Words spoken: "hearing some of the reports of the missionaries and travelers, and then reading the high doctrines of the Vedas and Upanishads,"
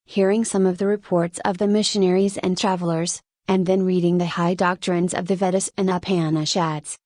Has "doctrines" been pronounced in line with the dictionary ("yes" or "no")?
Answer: yes